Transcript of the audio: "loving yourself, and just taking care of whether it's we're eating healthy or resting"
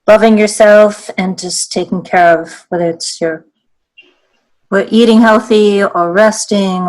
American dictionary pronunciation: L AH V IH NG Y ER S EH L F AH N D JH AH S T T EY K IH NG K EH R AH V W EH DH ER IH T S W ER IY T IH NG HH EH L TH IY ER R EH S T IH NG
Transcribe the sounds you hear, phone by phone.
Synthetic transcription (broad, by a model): L AH V IH NG Y ER S EH L F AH N JH AH S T T EY K IH NG K EH R AH V W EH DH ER IH T S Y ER IY T IH NG HH EH L TH IY ER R EH S T IH NG